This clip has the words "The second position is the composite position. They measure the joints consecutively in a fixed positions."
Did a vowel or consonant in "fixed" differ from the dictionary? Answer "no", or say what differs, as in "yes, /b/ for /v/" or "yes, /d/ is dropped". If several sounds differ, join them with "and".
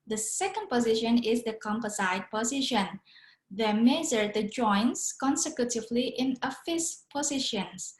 yes, /k/ is dropped